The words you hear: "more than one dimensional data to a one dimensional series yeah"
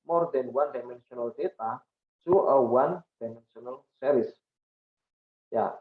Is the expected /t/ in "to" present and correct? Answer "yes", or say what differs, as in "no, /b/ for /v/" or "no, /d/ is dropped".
no, /s/ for /t/